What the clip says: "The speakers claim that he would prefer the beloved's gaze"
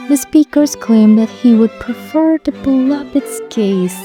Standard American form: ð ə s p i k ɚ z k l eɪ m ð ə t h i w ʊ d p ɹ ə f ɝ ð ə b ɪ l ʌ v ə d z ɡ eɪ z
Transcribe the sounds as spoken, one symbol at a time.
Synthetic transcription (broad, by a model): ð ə s p i k ɚ z k l eɪ m ð ə t h i w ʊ d p ɹ ə f ɝ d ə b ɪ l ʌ p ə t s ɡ eɪ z